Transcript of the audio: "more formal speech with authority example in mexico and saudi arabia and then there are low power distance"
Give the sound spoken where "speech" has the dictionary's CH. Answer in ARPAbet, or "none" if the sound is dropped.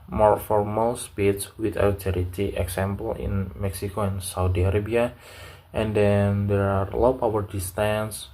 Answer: S